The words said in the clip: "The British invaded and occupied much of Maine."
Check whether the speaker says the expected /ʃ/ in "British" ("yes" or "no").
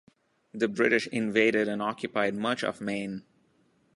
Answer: yes